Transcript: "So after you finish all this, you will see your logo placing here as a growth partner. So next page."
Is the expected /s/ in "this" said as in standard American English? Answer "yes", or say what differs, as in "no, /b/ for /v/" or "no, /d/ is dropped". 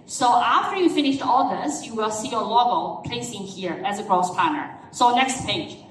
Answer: yes